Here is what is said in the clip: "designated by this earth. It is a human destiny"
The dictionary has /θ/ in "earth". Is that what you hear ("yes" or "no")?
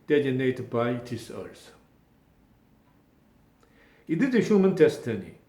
no